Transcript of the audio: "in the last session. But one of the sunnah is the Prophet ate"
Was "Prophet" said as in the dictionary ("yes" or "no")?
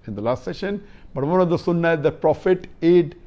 yes